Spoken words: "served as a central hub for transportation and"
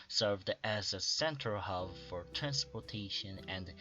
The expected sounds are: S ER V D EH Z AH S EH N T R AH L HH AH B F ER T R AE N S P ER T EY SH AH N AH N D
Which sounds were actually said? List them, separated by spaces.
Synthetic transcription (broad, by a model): S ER V D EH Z AH S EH N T AH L HH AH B F ER T R AE N S P ER T EY SH AH N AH N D